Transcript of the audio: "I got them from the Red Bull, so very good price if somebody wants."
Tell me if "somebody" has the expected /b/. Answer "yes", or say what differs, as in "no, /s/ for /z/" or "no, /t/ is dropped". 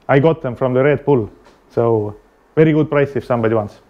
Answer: yes